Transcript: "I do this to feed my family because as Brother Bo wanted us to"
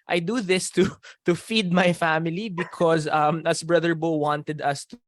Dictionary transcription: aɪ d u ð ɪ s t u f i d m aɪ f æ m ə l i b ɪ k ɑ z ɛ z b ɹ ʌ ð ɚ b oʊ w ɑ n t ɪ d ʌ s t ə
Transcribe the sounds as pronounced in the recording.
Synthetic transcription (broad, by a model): aɪ d u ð ɪ s t u f i d m aɪ f æ m ə l i b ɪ k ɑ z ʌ s b ɹ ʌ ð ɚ b oʊ w ɑ n t ɪ d ʌ s t